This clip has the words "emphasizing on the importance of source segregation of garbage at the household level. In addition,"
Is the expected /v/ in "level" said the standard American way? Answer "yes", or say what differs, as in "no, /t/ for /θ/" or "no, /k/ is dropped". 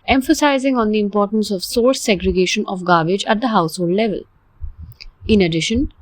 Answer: yes